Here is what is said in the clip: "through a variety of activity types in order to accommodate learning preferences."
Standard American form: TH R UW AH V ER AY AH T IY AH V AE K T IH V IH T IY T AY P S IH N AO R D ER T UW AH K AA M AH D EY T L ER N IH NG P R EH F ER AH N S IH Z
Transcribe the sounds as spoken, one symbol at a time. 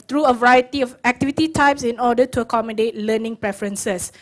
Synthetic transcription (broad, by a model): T R UW AH V ER AY AH T IY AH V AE K T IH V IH T IY T AY P S IH N AO D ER T UW AH K AA M AH D EY T L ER N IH NG P R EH F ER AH N S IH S